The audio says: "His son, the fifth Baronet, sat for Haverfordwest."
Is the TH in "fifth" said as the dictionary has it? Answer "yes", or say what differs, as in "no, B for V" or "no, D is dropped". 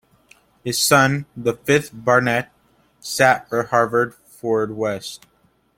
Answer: yes